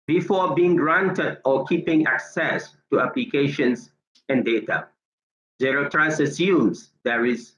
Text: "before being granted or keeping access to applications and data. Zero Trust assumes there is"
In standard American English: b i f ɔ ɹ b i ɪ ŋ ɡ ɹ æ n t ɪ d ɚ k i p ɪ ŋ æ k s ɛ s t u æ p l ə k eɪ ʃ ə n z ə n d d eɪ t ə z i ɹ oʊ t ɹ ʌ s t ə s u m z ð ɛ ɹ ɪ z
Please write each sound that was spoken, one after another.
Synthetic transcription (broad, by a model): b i f ɔ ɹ b i ɪ ŋ ɡ ɹ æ n t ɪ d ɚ k i p ɪ ŋ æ k s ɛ s t u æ p l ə k eɪ ʃ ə n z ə n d d eɪ t ə z i ɹ oʊ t ɹ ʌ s ə s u m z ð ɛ ɹ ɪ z